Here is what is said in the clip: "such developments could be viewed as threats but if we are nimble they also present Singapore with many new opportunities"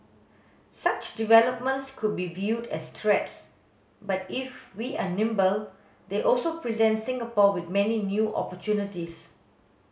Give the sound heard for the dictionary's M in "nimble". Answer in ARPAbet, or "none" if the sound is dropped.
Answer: M